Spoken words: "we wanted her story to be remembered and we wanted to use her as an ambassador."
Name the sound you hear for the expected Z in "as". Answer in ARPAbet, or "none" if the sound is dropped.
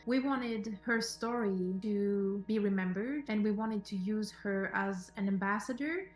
Z